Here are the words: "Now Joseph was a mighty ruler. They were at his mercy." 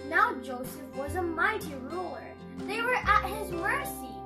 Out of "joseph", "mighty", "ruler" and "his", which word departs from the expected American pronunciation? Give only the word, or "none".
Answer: none